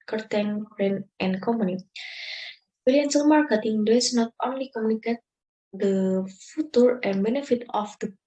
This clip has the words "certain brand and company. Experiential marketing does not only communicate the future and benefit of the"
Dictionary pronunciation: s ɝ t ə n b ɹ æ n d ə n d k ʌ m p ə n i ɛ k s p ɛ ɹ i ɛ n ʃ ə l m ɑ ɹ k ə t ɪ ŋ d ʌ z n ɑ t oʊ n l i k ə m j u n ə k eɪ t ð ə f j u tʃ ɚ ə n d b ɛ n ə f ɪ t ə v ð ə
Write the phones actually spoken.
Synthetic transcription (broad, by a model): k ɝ t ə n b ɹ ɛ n ə n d k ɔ m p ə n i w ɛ l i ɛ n s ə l m ɑ ɹ k ə t ɪ ŋ d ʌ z n ɑ t oʊ n l i k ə m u n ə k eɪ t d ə f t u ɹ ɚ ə n b ɛ n ə f ɪ t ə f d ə